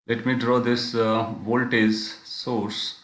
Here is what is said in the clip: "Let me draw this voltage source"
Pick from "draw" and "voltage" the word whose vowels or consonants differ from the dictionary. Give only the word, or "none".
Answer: voltage